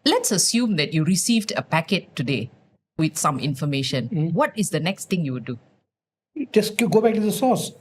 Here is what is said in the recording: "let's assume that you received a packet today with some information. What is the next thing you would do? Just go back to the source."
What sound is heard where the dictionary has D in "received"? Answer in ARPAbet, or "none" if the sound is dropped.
D